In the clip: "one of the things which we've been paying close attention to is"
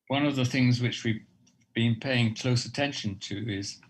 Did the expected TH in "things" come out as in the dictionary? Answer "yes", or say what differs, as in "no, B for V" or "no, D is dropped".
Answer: yes